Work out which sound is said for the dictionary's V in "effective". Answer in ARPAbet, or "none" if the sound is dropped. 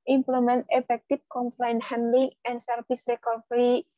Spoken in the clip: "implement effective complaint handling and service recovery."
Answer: P